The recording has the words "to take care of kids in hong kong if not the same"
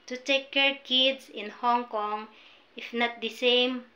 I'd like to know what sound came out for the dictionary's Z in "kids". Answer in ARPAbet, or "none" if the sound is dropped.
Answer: S